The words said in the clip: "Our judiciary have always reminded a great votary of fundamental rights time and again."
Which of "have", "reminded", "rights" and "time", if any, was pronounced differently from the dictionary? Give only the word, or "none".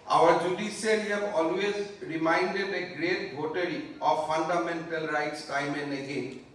have